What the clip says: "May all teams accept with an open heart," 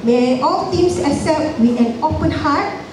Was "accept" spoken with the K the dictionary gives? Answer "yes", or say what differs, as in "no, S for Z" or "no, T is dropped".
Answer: no, K is dropped